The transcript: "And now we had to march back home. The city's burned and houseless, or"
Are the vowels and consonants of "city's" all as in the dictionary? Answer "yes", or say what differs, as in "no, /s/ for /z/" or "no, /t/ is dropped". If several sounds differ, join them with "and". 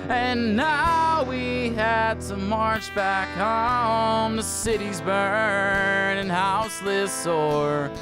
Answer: yes